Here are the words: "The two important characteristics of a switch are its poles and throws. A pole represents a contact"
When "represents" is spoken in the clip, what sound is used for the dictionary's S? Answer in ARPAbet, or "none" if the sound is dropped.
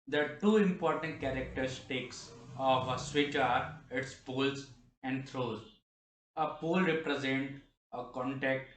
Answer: none